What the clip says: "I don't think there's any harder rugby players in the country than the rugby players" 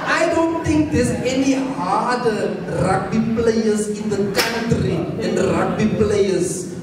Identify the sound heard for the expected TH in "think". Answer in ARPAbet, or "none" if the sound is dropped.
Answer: T